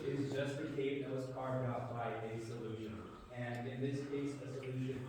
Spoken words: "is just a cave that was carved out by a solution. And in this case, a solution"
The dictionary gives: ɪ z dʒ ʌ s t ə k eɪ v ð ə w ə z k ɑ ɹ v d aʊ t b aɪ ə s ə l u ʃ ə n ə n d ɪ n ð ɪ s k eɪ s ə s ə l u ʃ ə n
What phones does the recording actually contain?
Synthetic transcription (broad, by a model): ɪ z dʒ ʌ s t ə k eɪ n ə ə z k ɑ ɹ d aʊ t b aɪ ə s ə l u ʃ ə n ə n ɪ n ð ɪ s k eɪ s ə s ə l u ʃ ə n